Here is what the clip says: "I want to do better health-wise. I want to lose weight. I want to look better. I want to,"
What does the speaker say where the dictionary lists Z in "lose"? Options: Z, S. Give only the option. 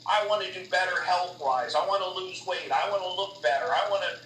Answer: Z